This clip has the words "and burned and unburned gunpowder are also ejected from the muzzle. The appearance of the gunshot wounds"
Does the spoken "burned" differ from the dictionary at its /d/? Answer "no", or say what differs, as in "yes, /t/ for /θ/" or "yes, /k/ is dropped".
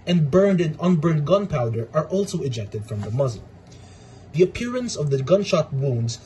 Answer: no